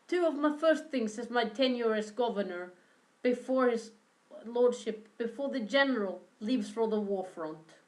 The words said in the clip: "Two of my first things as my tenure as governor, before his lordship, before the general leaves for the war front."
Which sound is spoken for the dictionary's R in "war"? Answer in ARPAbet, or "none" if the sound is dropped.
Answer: R